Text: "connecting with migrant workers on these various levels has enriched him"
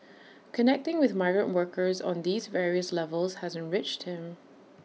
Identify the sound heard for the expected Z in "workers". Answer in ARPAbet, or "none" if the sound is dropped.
Z